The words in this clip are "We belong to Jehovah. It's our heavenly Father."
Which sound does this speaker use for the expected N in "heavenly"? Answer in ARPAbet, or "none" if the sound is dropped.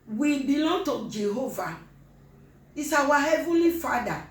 none